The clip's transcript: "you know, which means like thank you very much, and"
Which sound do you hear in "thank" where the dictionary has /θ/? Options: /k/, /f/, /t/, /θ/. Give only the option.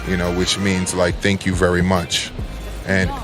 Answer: /θ/